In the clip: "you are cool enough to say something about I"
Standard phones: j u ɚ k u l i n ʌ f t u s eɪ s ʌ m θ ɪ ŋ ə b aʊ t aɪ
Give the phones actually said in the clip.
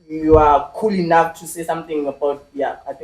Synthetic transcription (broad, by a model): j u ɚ k u l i n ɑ f t u s eɪ s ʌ m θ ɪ ŋ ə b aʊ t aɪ